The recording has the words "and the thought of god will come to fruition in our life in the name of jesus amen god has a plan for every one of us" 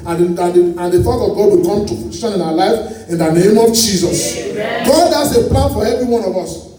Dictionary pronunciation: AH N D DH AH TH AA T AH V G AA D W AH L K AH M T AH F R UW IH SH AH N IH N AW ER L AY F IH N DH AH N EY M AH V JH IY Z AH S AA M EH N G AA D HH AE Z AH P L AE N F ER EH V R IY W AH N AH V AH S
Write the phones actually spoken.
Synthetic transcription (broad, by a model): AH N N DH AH F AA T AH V G AA D W AH L K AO M T AH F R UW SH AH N IH N AW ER L AY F IH N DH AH N EY M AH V JH IY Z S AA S G AA D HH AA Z AH P L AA N F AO EH V R IY W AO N AH V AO S